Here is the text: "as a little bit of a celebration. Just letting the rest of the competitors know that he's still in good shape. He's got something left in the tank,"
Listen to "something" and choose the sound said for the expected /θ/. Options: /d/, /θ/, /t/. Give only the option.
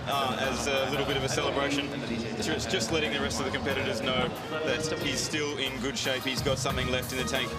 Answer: /θ/